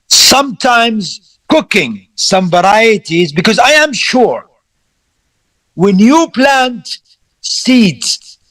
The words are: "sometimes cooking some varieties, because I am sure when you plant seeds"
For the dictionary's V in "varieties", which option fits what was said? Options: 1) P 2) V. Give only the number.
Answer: 2